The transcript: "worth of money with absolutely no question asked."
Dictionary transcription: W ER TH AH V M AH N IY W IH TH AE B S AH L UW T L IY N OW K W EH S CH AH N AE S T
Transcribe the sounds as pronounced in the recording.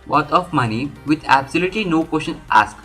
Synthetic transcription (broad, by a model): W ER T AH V M AH N IY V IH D AE B S AH L UW T L IY N OW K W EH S SH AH N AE S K